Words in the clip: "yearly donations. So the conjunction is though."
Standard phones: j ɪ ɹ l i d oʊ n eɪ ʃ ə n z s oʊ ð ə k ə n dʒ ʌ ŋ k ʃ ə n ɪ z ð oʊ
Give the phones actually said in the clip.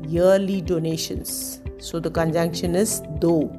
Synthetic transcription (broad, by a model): j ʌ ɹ l i d oʊ n eɪ ʃ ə n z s oʊ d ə k ə n dʒ ʌ ŋ k ʃ ə n ɪ z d oʊ